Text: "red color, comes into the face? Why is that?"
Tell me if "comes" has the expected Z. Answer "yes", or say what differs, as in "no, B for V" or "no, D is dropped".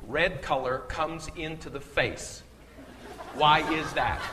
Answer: yes